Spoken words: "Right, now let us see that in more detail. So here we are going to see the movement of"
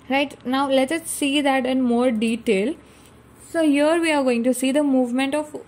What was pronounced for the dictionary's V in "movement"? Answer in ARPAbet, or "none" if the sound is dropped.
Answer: V